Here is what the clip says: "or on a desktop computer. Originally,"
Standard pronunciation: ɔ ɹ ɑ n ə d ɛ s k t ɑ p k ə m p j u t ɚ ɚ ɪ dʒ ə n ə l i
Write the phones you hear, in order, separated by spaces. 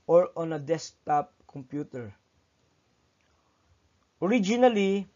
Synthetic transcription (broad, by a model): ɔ ɹ ɑ n ə d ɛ s t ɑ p k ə m p j u t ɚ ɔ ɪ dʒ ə n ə l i